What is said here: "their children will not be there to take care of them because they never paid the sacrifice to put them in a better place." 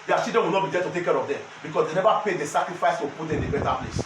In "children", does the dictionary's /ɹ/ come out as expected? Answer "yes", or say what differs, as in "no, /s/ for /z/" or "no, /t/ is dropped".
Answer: no, /ɹ/ is dropped